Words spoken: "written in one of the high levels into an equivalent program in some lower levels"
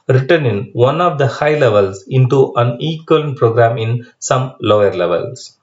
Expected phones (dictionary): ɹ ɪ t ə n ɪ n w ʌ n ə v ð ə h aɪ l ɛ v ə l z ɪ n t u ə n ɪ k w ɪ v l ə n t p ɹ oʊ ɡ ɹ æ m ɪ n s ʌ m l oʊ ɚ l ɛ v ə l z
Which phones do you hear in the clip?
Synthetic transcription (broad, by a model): ɹ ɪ t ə n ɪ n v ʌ n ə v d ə h aɪ l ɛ v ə l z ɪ n t u ə n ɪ k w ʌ l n p ɹ oʊ ɡ ɹ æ m ɪ n s ʌ m l oʊ ɚ l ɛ v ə l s